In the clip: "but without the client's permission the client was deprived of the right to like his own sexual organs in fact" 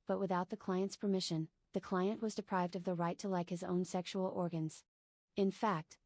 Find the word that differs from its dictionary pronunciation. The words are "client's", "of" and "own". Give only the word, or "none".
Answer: none